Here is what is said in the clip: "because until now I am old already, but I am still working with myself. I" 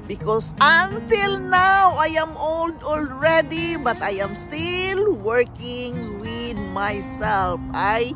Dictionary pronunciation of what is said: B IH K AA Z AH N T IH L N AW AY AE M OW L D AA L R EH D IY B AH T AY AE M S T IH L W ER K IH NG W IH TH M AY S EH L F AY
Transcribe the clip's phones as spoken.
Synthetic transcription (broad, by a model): B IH K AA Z AH N T IH L N AW AY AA M OW L D AA L R EH D IY B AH T AY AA M S T IH L W ER K IH NG W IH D M AY S EH L F AY